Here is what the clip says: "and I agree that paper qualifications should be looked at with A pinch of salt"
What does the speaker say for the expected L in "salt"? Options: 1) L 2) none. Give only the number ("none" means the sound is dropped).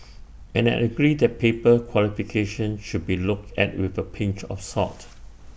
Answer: 2